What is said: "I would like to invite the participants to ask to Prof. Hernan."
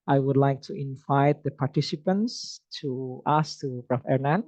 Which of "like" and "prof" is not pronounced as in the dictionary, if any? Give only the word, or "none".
prof